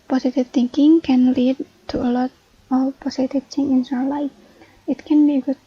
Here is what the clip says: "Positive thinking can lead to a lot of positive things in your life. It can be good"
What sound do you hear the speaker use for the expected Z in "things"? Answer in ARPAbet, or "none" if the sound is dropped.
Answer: none